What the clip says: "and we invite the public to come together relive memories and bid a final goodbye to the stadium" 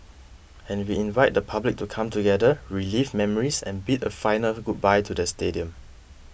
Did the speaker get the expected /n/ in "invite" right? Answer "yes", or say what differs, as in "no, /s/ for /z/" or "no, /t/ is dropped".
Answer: yes